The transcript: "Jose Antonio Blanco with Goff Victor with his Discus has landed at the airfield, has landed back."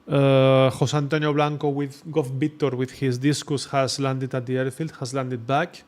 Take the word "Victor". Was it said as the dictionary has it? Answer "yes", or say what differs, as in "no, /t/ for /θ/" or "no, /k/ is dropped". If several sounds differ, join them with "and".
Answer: no, /b/ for /v/